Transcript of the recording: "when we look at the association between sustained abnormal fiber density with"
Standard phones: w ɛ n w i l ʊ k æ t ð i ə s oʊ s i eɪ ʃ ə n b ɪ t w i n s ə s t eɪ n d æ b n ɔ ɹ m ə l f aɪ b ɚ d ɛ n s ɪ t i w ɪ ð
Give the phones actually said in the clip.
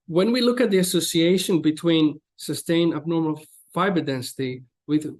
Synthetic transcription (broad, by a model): w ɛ n w i l ʊ k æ t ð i ə s oʊ s i eɪ ʃ ə n b ɪ t w i n s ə s t eɪ n æ b n ɔ ɹ m ə l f aɪ b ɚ d ɛ n s ɪ t i w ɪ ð